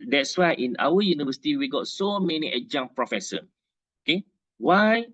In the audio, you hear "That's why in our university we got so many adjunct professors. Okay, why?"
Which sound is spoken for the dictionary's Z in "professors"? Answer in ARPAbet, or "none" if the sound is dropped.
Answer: none